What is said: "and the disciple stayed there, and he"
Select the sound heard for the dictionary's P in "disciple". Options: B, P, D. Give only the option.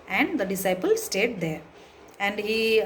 P